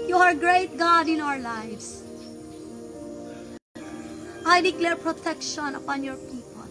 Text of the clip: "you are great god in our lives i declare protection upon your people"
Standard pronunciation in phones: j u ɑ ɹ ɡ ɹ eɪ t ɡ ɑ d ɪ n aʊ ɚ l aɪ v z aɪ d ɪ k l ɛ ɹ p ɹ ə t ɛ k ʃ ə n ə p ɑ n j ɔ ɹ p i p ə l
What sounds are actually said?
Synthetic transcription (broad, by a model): j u ɑ ɹ ɡ ɹ eɪ t ɡ ɑ d ɪ n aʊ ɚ l aɪ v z aɪ d ɪ k l ɛ ɹ p ɹ ə t ɛ k ʃ ə n ə p ɑ n j ɔ ɹ p i p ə l